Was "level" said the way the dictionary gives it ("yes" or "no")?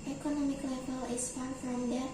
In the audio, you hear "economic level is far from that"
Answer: no